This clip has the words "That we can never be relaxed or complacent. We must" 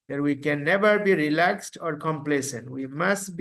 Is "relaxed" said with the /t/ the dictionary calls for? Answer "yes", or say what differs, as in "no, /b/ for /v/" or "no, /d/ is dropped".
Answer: yes